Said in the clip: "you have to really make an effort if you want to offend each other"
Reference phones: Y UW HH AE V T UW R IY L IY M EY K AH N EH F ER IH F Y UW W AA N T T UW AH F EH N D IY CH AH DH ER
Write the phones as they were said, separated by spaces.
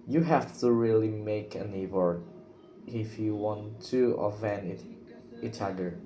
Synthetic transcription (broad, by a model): Y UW HH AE F T UW R IY L IY M EY K AH N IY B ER IH F Y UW W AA N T T UW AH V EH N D IY CH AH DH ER